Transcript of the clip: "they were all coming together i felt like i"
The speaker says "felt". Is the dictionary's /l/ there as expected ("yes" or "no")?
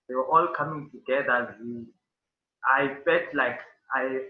no